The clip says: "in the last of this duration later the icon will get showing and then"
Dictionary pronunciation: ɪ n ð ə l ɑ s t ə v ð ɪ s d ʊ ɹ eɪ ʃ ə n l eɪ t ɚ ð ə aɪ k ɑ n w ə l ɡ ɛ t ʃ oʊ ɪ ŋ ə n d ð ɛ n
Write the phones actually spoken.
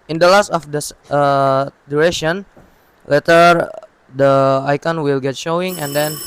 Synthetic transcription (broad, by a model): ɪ n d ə l ɑ s t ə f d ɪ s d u ɹ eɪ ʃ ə n l eɪ t ɚ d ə aɪ k ɑ n w ə l ɡ ɛ t ʃ oʊ ɪ ŋ ə n d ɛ n